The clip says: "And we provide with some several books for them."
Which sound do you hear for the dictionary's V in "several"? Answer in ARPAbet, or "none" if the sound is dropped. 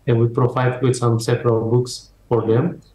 P